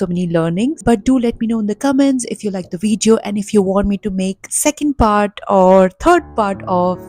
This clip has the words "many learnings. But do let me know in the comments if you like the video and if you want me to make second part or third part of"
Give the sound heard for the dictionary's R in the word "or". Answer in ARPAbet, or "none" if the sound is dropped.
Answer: R